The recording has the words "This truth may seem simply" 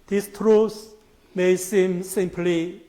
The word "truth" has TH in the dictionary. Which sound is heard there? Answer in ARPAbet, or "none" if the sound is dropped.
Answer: S